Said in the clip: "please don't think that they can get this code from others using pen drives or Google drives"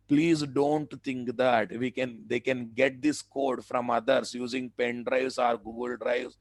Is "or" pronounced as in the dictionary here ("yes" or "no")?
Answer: yes